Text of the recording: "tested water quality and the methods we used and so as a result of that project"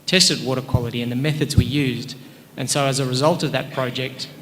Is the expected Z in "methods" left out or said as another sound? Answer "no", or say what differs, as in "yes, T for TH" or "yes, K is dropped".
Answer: no